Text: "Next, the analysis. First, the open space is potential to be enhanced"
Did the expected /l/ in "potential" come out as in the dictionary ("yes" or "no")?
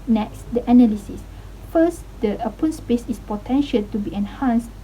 yes